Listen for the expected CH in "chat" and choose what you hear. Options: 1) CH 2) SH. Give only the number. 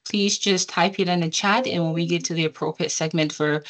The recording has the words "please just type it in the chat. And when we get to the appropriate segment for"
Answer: 1